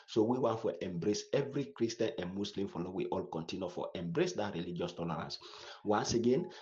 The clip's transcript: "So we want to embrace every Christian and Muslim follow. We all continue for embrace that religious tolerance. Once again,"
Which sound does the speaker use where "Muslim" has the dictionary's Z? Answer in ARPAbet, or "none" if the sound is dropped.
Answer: S